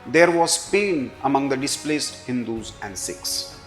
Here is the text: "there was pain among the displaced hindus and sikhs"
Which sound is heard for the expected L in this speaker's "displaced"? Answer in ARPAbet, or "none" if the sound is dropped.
L